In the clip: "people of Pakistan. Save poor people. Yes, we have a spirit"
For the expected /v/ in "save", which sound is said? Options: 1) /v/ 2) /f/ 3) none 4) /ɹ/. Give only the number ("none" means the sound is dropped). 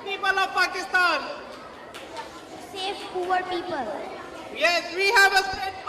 2